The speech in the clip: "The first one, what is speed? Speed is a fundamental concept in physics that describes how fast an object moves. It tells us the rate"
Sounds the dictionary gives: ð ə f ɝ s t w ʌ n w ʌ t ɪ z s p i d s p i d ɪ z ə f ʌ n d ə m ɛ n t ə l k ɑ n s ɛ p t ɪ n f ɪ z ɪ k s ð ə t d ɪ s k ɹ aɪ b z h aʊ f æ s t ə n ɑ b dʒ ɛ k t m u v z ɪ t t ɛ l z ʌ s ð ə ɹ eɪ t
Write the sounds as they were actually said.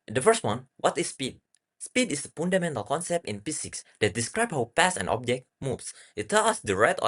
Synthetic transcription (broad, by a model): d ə f ɝ s t w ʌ n w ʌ t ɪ s p i d s p i d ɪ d ə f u n d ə m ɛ n t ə l k ɑ n s ɛ p t ɪ n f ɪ s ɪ k s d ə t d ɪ s k ɹ aɪ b h aʊ p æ s ə n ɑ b dʒ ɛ k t m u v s ɪ t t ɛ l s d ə ɹ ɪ t